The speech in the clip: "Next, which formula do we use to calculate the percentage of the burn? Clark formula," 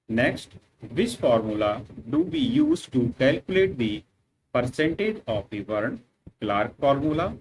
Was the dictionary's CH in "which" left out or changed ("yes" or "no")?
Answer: yes